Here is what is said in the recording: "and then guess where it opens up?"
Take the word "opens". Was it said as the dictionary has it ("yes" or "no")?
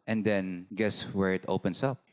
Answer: no